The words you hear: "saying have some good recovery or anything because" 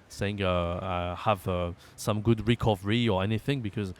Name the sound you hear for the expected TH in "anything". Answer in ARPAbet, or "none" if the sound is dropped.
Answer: TH